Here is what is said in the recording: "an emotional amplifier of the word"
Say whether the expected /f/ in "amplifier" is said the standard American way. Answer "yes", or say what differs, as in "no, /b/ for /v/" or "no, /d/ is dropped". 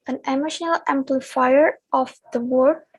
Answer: yes